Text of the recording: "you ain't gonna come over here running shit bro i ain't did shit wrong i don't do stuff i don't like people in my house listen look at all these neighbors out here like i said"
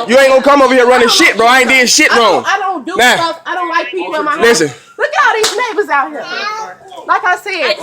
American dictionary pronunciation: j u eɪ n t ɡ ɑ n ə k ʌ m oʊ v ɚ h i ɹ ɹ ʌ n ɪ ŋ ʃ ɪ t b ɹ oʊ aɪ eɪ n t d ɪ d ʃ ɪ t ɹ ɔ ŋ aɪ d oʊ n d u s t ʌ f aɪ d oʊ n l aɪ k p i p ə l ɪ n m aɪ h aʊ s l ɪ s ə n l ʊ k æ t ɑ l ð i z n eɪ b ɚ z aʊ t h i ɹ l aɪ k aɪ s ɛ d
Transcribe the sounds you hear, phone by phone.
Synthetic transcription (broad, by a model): j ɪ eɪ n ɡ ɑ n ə k ʌ m oʊ v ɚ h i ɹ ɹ ʌ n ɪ ʃ ɪ t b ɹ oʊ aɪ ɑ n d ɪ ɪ ʃ ɪ t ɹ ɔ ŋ aɪ d oʊ n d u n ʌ aɪ d oʊ n l aɪ k p i p l ɪ n m aɪ l ɪ s ə n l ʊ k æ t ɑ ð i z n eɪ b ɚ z aʊ t h i ɹ l aɪ k aɪ s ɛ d